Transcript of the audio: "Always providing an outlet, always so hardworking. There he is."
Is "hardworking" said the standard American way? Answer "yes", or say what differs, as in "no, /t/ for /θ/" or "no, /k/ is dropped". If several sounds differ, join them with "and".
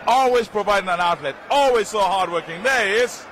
yes